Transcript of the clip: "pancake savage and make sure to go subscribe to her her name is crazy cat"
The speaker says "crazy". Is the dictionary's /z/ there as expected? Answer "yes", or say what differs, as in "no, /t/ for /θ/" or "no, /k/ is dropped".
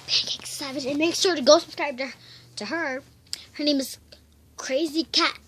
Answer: yes